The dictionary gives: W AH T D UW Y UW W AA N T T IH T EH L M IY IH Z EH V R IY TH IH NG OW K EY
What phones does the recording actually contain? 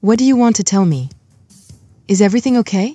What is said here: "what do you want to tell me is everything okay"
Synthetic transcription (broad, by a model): W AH T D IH Y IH W AA N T T IH T EH L M IY IH Z EH V R IY TH IH NG OW K EY